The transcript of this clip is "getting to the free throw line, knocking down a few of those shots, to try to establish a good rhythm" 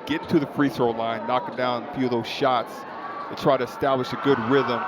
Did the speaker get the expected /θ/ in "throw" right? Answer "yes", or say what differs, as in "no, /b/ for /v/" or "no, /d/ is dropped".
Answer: no, /s/ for /θ/